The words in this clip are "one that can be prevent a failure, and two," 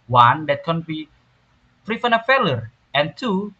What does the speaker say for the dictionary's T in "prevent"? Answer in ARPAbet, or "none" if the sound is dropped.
none